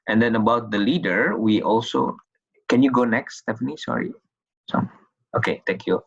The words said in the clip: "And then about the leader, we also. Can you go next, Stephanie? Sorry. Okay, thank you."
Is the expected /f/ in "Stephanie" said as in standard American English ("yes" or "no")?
yes